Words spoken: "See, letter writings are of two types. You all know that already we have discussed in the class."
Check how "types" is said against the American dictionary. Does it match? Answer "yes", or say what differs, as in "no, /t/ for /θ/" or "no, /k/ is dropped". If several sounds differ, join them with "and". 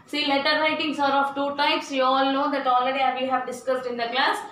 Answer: yes